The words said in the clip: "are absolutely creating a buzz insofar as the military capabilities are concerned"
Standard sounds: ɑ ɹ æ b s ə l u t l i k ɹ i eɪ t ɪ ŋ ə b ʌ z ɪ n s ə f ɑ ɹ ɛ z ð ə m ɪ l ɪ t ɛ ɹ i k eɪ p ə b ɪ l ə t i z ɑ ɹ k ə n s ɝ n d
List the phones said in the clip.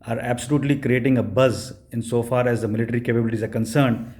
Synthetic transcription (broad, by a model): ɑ ɹ æ b s ə l u t l i k ɹ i eɪ t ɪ ŋ ə b ʌ z ɪ n s ə f ɑ ɹ ɛ z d ə m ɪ l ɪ t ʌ ɹ i k eɪ p ə b ɪ l ə t i z ɑ ɹ k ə n s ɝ n d